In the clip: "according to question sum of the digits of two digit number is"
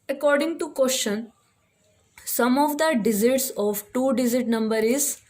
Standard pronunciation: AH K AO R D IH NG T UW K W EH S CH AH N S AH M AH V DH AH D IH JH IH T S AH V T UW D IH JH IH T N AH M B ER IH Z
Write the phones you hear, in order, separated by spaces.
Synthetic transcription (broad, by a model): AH K AO R D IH NG T UW K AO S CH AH N S AH M AH V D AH D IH Z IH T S AH V T UW D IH Z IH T N AH M B ER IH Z